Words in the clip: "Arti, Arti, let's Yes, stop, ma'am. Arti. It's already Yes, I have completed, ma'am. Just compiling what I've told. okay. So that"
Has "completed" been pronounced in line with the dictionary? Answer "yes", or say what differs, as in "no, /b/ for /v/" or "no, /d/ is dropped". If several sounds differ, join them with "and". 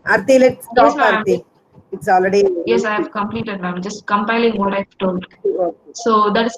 yes